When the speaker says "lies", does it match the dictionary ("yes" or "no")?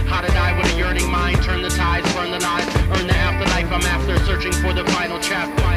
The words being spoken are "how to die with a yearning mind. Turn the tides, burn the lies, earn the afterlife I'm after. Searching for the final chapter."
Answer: no